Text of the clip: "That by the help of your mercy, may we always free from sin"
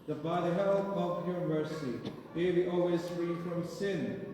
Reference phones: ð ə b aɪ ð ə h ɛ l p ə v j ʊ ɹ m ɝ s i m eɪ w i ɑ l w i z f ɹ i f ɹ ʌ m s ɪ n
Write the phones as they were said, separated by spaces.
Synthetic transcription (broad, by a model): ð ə b aɪ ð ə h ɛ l ə v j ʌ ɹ m ɝ s i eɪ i ɑ l w i z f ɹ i f ɹ ʌ m s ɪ n